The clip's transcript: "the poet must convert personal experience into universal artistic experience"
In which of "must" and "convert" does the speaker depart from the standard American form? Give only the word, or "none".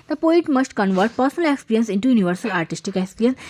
none